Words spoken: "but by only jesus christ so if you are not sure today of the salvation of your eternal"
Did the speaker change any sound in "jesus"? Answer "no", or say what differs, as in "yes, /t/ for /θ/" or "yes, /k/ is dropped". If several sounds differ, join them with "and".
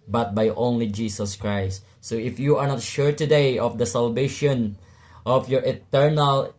yes, /s/ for /z/